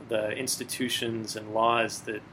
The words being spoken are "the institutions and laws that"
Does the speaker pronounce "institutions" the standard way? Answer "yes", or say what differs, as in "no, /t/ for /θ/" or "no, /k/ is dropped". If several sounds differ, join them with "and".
yes